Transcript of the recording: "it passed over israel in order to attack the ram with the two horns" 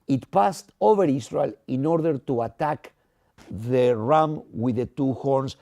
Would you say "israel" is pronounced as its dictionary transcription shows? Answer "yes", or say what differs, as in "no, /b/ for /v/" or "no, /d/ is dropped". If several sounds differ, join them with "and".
no, /s/ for /z/